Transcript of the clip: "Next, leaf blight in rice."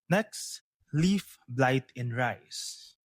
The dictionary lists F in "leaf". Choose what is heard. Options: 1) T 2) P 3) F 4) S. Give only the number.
3